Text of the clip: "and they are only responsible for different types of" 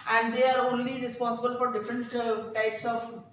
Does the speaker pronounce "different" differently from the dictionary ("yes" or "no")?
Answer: no